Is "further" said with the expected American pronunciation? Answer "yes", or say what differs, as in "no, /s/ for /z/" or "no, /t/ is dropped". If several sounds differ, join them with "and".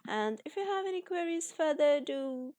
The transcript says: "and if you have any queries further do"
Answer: yes